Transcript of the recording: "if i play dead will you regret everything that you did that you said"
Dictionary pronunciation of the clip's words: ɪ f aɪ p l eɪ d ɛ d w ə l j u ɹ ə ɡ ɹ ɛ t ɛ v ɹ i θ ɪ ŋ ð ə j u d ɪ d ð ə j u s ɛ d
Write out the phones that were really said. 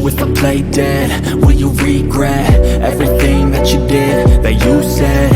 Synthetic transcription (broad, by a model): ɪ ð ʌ p l eɪ d ɛ d w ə n j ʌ ɹ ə ɡ ɹ ɛ t ɛ v ɹ i θ ɪ ŋ ð ə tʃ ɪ d ɪ d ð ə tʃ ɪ s ɛ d